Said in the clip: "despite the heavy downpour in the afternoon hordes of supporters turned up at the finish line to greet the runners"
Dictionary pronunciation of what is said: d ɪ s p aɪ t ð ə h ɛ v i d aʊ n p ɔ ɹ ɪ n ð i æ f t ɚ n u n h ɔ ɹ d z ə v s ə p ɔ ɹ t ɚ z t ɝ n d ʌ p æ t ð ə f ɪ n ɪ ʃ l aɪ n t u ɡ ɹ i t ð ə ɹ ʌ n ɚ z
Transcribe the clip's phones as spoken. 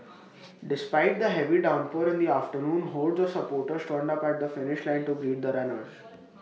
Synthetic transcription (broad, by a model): d ɪ s p aɪ t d ə h ɛ v i d aʊ n p ɔ ɹ ɪ n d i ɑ f t ɚ n u n h ɔ l d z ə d s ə p ɔ ɹ t ɚ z t ɝ n d ʌ p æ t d ə f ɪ n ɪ ʃ l aɪ n t u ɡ ɹ i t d ə ɹ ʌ n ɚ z